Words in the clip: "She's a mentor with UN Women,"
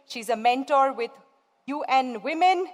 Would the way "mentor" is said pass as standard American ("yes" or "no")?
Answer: yes